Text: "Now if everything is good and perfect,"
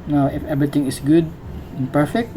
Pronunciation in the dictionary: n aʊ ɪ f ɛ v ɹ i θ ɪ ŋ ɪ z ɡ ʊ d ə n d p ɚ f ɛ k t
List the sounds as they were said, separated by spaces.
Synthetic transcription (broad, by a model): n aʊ ɪ f ɛ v ɹ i t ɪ ŋ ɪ s ɡ ʊ d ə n p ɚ f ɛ k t